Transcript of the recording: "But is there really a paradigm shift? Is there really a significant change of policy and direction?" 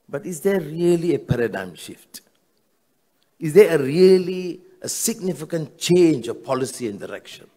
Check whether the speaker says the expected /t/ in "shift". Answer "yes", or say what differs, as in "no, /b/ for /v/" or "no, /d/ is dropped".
yes